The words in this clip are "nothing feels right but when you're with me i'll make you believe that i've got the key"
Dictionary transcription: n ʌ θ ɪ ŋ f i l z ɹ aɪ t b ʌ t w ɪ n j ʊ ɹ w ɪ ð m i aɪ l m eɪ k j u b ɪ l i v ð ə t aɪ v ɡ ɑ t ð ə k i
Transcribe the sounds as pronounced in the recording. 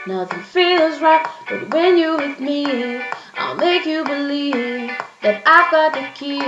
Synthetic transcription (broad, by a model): n ʌ θ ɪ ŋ f i l z ɹ aɪ t b ʌ t w ɪ n j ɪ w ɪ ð m i aɪ l m eɪ k j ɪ b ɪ l i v ð ə t aɪ v ɡ ɑ t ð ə k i